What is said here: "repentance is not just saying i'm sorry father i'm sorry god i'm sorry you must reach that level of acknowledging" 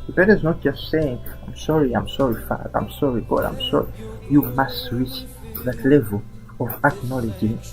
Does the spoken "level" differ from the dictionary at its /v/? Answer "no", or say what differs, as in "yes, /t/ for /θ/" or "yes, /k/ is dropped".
no